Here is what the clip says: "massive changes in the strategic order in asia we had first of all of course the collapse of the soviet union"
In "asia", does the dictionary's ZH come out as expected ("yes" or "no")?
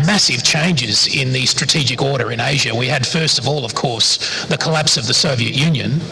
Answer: yes